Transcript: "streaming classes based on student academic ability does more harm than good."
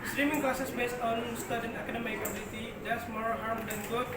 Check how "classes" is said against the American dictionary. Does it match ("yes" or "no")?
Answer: no